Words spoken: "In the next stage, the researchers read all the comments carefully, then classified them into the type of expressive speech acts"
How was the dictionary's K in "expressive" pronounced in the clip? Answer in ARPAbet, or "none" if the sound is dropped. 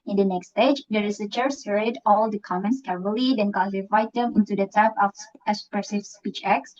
none